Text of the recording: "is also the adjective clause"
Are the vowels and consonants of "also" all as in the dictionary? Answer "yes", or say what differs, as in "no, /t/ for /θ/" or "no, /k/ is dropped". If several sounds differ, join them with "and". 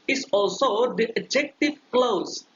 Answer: yes